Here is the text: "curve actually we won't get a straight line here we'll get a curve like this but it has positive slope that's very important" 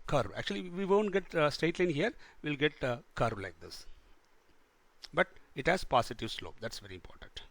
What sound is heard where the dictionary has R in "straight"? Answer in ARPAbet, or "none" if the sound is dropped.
none